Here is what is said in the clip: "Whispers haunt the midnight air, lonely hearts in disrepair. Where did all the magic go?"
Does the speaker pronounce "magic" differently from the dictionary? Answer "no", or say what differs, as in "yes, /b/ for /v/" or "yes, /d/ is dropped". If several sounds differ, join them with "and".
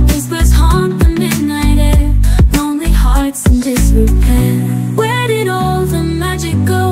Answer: no